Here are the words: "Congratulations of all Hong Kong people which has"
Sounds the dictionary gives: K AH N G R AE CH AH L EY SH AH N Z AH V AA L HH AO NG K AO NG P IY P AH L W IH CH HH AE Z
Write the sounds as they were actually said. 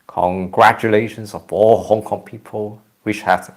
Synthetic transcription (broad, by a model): K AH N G R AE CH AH L EY SH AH N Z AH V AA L HH AO NG K AO NG P IY P AH L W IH SH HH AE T